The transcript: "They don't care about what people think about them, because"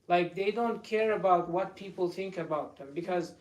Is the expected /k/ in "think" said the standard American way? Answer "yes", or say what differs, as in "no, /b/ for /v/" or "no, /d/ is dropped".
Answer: yes